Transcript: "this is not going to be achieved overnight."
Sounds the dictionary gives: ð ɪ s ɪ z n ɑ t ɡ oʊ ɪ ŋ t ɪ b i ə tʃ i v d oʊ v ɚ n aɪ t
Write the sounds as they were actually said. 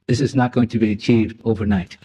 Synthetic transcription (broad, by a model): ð ɪ s ɪ z n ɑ t ɡ oʊ ɪ ŋ t ɪ b i ə tʃ i v d oʊ v ɚ n aɪ t